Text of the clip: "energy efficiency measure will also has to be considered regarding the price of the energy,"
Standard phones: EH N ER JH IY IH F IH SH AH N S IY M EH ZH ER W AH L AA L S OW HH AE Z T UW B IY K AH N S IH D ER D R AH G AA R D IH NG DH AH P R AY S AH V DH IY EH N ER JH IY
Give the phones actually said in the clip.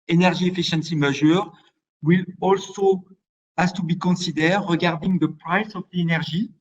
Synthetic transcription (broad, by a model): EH N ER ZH IY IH F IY SH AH N S IY M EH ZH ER W AH L AA L S OW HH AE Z T UW B IY K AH N S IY D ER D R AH G AA R D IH NG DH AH P R AY S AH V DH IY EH N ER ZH IY